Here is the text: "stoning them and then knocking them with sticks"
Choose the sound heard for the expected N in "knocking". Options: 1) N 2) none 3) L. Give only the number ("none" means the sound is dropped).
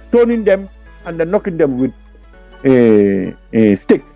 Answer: 1